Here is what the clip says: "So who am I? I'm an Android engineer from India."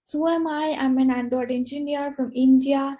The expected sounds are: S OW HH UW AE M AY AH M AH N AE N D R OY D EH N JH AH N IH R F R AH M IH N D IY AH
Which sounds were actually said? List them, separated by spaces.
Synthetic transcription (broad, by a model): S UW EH M AY AH M AH N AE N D OY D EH N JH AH N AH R F R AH M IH N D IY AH